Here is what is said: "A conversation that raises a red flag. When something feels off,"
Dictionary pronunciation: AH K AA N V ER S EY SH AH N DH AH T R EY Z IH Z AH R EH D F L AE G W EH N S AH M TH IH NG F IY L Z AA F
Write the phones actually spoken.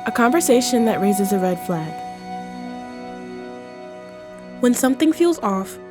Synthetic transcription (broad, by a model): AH K AA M V ER S EY SH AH N DH AH T R EY Z IH Z AH R EH D F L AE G W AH N S AH M TH IH NG F IY L Z AA F